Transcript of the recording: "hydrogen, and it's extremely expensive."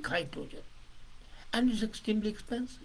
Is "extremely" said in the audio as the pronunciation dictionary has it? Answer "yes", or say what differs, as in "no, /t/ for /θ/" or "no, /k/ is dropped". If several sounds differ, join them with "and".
no, /ɹ/ is dropped